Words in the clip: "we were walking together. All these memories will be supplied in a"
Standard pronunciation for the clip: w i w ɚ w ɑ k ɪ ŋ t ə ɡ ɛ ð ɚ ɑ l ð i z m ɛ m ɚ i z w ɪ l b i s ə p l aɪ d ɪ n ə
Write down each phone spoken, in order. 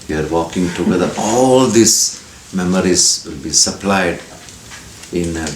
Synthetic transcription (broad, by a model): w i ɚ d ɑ k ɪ ŋ t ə ɡ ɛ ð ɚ ɑ l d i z m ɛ m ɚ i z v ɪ l b i s ə p l aɪ d ɪ n